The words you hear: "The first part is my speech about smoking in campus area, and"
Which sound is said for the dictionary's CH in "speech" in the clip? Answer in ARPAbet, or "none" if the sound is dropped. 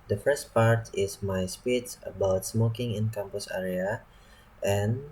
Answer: S